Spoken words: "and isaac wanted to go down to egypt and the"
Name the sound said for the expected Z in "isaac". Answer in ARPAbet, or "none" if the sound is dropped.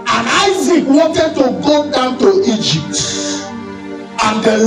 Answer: Z